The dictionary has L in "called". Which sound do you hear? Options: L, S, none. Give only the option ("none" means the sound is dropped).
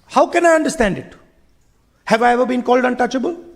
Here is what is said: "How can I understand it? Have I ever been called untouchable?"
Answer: L